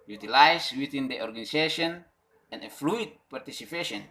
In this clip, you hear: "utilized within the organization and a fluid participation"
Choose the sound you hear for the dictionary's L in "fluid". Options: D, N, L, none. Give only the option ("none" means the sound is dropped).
L